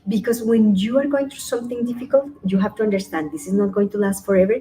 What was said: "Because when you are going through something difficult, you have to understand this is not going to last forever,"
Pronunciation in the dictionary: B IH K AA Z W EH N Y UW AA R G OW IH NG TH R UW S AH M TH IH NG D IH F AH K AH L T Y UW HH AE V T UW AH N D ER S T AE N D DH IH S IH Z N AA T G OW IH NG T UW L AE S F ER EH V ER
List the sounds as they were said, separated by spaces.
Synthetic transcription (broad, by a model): B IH K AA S W EH N Y UW AA R G OW IH NG T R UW S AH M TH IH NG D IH F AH K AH L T Y UW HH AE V T UW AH N D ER S T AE N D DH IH S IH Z N AA T G OW IH NG T UW L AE S F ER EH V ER